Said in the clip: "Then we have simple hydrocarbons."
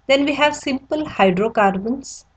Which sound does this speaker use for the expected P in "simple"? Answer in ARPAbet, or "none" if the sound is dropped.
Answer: P